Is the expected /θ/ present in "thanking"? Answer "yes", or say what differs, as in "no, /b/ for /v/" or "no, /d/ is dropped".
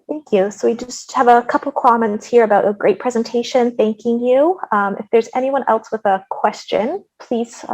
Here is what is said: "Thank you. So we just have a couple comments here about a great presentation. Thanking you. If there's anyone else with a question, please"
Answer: yes